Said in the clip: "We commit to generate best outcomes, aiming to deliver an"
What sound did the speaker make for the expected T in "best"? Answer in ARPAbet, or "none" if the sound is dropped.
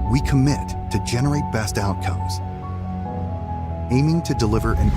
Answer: T